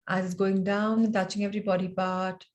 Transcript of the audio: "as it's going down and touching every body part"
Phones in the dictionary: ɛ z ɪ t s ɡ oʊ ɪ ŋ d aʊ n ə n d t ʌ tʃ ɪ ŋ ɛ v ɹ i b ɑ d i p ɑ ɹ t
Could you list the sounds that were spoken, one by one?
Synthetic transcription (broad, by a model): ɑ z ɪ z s ɡ oʊ ɪ ŋ d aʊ ə n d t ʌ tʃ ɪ ŋ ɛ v ɹ i b ɑ d i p ɑ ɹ t